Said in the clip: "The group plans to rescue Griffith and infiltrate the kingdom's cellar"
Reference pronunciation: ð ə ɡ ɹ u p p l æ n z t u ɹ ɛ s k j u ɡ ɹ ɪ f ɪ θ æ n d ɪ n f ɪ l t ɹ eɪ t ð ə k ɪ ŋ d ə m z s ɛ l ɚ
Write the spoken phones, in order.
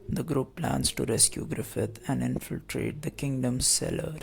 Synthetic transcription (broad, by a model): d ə ɡ ɹ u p p l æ n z t u ɹ ɛ s k j u ɡ ɹ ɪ f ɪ t æ n d ɪ n f ɪ l t ɹ eɪ t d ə k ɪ ŋ d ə m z s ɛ l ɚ